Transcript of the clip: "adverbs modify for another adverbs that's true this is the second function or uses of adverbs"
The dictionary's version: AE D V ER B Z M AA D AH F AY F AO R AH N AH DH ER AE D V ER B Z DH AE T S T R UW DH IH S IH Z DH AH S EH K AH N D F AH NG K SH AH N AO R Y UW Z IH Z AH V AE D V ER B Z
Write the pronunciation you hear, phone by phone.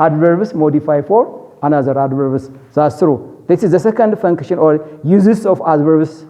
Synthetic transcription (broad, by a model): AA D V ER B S M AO D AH F AY F AO R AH N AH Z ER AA D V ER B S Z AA S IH R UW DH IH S IH Z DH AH S EH K AH N D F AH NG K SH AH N AO R Y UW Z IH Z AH F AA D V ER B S